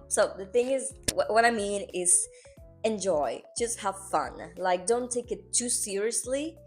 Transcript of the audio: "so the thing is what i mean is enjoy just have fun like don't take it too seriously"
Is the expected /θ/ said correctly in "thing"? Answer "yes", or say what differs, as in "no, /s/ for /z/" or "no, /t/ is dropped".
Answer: yes